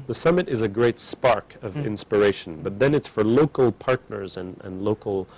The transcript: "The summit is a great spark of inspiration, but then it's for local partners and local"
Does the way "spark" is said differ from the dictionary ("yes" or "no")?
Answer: no